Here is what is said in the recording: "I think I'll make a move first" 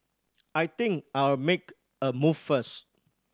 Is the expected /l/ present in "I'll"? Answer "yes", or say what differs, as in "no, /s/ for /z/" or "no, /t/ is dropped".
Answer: no, /w/ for /l/